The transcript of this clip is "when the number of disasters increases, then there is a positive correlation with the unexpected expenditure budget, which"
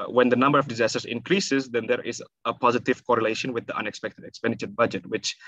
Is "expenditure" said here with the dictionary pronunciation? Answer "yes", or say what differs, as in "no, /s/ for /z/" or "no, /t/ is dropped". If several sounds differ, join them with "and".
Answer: yes